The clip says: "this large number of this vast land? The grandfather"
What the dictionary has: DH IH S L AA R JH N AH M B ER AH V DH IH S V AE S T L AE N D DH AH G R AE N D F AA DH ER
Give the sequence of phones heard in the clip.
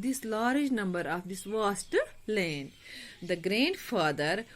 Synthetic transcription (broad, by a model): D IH S L AA R JH N AH M B ER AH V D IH S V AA S T L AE N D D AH G R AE N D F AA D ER